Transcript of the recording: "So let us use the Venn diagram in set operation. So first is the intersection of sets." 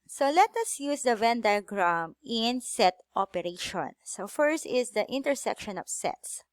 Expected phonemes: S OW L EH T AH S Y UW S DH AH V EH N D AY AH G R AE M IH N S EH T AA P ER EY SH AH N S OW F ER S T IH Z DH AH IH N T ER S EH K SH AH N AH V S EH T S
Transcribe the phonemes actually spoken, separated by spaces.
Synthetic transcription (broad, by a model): S OW L EH T AH S Y UW S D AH V EH N D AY G R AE M IH N S EH T AA P ER EY SH AH N S OW F ER S T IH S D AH IH N T ER S EH K SH AH N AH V S EH T S